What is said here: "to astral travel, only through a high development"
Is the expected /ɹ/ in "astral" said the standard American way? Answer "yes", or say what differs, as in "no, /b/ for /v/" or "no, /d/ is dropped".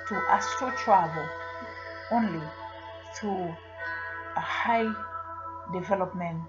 no, /ɹ/ is dropped